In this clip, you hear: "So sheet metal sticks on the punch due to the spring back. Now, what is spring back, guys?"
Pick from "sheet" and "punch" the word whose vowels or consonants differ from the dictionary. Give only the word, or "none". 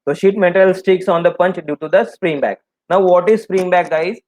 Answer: none